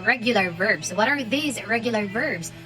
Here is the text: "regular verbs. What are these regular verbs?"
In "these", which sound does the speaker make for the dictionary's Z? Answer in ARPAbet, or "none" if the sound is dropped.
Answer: Z